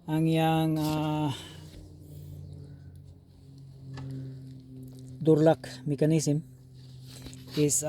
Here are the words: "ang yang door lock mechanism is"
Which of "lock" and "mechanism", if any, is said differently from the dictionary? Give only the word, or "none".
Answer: mechanism